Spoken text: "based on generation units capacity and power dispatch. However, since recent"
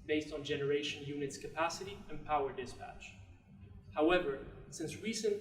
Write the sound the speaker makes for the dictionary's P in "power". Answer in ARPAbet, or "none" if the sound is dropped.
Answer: P